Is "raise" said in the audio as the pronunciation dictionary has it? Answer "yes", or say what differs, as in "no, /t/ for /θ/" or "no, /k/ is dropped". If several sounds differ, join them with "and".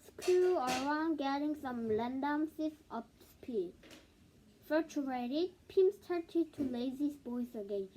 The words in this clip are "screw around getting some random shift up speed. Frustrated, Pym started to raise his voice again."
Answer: no, /l/ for /ɹ/